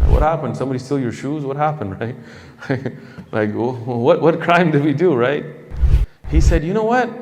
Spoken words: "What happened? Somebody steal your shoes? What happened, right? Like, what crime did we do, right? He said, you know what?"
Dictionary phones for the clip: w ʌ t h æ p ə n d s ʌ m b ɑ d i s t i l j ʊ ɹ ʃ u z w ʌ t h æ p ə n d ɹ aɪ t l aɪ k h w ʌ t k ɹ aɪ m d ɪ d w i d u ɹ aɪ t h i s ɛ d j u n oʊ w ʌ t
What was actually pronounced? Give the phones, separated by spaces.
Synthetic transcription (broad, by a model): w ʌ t h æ p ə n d s ʌ m b ɑ d i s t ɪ l j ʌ ɹ ʃ u z w ʌ t h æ p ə n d ɹ aɪ t l aɪ k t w ʌ t k ɹ aɪ m d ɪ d w i d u ɹ aɪ t h i s ɛ d j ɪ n oʊ w ʌ t